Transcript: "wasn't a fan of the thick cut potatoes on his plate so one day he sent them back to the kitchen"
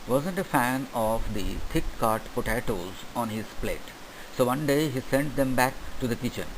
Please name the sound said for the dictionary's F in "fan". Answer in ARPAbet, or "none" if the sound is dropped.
F